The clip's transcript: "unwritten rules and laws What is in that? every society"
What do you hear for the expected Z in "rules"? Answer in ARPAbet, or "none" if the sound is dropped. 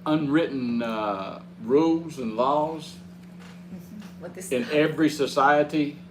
Z